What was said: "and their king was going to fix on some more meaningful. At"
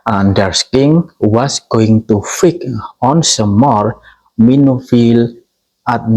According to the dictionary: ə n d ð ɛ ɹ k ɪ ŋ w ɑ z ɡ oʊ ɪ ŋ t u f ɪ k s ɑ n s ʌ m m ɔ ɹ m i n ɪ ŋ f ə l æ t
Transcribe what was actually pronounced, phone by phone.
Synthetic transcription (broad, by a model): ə n d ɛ ɹ k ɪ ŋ w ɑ s ɡ oʊ ɪ ŋ t u f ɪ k ɑ n s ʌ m m ɔ ɹ m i n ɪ f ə l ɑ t